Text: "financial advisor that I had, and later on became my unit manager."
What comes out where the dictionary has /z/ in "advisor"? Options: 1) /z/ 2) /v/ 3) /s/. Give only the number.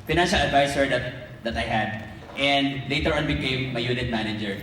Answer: 3